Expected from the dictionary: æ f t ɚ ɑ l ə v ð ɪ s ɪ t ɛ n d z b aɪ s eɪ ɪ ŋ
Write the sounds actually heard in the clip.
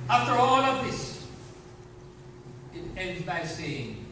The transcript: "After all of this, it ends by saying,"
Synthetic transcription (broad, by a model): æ f t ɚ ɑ n ə v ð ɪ s ɪ t ɛ n d z b aɪ s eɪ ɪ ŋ